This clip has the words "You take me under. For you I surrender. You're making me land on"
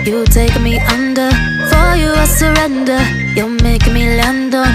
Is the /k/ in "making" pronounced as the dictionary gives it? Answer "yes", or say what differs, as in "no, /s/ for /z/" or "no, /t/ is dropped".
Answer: no, /k/ is dropped